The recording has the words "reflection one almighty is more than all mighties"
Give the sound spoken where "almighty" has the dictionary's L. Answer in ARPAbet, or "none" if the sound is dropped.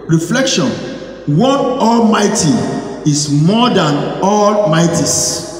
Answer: L